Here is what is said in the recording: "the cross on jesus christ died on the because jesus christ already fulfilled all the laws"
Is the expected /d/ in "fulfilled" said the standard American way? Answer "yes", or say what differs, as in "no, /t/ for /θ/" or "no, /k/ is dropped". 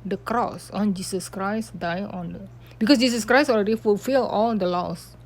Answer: no, /d/ is dropped